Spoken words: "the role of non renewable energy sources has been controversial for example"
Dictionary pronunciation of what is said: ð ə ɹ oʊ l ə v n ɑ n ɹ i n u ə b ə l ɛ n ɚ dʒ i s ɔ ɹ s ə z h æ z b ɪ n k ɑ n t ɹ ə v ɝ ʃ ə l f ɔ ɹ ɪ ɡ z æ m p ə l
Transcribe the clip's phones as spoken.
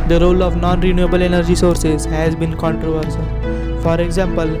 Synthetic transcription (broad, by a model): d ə ɹ oʊ l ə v n ɑ n ɹ i n u ə b ə l ɛ n ɚ dʒ i s ɔ ɹ s ə z h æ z b ɪ n k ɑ n t ɹ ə v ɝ s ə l f ɔ ɹ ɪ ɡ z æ m p ə l